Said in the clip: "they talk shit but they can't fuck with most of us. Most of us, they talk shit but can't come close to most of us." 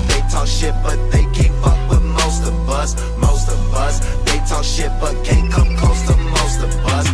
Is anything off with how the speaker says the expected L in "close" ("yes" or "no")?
yes